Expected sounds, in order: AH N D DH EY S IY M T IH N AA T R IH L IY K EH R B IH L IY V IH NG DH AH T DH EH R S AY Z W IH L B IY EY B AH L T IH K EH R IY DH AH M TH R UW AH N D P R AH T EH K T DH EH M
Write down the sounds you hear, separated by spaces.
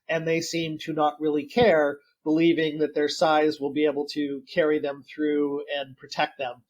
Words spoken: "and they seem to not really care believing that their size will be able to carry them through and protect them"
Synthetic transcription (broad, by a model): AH N DH EY S IY M T IH N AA T R IH L IY K EH R B IH L IY V IH NG DH AH T DH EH R S AY Z W IH L B IY EY B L T IH K EH R IY DH AH M TH R UW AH N P R AH T EH K T DH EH M